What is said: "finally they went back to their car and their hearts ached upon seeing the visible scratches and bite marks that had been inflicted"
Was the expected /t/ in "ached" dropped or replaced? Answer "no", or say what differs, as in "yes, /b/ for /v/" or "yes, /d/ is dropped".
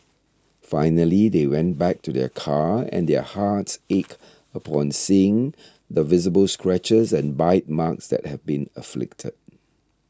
yes, /t/ is dropped